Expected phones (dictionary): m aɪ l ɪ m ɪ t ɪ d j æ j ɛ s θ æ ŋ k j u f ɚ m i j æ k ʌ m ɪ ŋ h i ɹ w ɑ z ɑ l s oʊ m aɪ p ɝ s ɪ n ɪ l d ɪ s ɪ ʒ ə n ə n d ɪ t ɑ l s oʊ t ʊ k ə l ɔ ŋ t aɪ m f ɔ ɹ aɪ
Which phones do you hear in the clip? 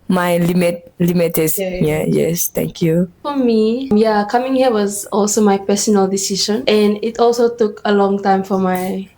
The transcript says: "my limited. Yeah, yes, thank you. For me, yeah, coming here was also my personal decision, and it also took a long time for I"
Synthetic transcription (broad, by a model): m aɪ l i m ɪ t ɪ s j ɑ j ɛ s t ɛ ŋ k j u f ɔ m i j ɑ k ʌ m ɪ ŋ h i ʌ w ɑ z ɑ l s oʊ m aɪ p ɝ s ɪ n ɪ l d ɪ s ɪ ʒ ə n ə n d ɪ t ɑ l s oʊ t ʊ k ə l ɔ ŋ t aɪ m f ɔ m aɪ